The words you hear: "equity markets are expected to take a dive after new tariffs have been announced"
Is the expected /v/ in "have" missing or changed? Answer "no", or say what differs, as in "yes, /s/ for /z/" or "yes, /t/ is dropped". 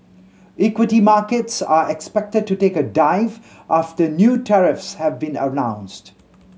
no